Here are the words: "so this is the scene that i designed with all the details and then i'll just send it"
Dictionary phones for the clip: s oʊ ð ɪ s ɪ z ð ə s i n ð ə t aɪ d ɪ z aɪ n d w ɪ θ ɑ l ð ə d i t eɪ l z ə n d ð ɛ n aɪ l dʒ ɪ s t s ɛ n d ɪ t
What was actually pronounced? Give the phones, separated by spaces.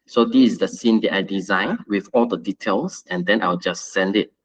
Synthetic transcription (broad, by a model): s oʊ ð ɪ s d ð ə s i n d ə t aɪ d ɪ z aɪ n w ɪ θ ɑ l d ə d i t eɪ l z ə n d ɛ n aɪ w dʒ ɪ s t s ɛ n d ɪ t